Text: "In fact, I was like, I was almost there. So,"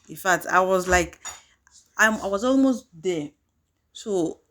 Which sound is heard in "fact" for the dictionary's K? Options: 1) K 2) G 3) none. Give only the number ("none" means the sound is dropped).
3